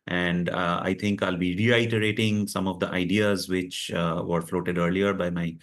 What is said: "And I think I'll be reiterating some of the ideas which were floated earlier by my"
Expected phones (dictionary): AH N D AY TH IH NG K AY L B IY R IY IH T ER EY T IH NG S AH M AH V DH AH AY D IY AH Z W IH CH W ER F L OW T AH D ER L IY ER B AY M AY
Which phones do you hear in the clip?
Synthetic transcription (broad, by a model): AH N D AY T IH NG K AY L B IY R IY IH T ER EY T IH NG S AH M AH V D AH AY D IY AH Z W IH CH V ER F L OW T AH D ER L IY ER B AY M AY